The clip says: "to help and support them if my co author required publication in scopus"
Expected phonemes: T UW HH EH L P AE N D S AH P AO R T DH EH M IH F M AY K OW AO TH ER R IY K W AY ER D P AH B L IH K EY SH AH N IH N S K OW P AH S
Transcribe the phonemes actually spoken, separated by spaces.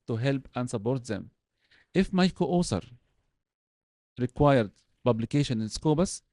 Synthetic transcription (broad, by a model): T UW HH EH L P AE N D S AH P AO R T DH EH M IH F M AY K OW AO S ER R IY K W AY ER D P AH B L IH K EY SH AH N IH N S K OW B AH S